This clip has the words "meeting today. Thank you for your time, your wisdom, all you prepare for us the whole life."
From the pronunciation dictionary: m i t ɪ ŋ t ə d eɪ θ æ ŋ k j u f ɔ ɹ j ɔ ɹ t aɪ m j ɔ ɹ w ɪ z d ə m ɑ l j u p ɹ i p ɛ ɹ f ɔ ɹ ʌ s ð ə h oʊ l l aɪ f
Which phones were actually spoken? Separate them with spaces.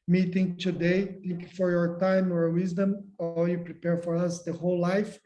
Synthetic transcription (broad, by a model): m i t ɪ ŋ t ə d eɪ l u k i f ɔ ɹ j ɔ ɹ t aɪ m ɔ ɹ w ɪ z d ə m ɑ l j u p ɹ i p ɛ ɹ f ɔ ɹ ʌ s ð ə h oʊ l l aɪ f